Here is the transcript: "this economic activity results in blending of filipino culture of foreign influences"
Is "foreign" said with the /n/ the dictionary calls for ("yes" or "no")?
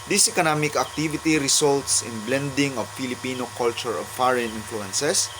yes